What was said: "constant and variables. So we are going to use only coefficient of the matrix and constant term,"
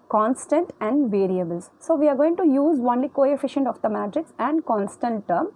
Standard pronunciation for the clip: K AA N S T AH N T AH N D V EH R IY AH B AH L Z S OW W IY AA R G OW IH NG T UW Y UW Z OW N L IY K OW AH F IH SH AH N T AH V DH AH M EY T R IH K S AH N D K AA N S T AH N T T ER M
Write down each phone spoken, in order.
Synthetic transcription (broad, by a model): K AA N S T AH N T AH N D V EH R IY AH B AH L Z S OW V IY AA R G OW IH NG T UW Y UW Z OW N L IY K OW AH F IH SH AH N T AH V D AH M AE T R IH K S AH N D K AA N S T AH N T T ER M